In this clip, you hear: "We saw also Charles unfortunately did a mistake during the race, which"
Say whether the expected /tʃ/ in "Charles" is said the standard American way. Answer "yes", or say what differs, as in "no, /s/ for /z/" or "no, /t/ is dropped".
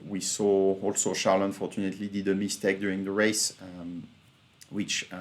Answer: no, /ʃ/ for /tʃ/